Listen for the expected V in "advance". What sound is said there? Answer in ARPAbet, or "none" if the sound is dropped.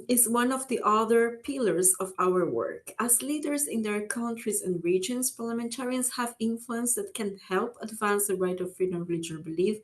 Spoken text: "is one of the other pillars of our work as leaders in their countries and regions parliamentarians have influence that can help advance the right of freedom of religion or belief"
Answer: V